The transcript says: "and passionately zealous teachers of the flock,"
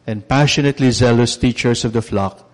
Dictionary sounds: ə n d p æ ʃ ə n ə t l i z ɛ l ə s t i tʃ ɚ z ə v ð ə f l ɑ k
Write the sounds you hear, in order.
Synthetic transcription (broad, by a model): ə n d p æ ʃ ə n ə t l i z ɛ l ə s t i tʃ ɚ s ə v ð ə f l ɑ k